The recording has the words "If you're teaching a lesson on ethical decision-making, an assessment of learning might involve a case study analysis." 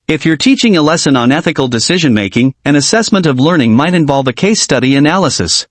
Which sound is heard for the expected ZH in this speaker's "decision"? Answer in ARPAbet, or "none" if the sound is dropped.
ZH